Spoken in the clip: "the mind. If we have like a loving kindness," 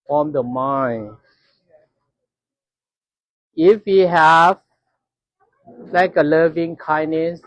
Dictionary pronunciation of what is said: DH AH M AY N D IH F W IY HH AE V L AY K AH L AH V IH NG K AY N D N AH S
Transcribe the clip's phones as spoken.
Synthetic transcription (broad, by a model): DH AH M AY N IH F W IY HH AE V L AY K AH L AH V IH NG K AY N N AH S